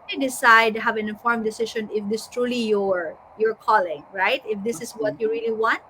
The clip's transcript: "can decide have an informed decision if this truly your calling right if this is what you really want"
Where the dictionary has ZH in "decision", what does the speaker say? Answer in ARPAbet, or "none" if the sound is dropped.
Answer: SH